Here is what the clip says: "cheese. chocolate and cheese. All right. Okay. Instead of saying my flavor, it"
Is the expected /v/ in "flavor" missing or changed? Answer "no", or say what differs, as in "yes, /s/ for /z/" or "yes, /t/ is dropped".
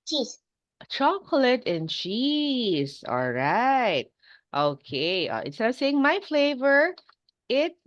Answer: no